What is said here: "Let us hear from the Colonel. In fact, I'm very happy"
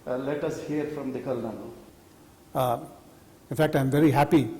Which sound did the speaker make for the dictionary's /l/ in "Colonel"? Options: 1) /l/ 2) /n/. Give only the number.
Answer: 2